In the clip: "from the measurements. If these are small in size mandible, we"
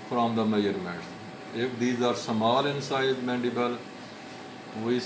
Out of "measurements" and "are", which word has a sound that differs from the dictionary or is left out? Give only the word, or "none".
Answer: measurements